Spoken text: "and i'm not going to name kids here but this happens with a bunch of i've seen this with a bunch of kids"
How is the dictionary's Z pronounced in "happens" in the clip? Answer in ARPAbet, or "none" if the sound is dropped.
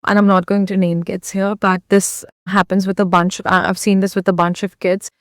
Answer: Z